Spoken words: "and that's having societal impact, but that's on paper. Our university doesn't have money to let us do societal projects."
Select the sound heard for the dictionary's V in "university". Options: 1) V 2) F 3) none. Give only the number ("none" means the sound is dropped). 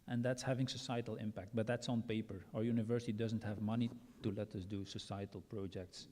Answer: 1